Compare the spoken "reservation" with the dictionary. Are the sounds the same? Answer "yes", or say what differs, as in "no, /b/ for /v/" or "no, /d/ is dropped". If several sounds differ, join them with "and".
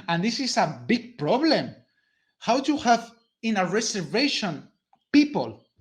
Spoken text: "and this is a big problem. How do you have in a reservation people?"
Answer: no, /s/ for /z/